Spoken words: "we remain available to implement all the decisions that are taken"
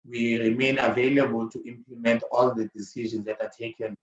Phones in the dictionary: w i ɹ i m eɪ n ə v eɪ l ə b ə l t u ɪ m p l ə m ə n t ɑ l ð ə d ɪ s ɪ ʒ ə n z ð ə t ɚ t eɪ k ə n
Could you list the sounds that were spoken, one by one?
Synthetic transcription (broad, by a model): w i ɹ i m eɪ n ə v eɪ l ə b ə l t u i m p l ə m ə n t ɑ l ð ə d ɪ s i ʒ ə n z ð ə t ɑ t eɪ k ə n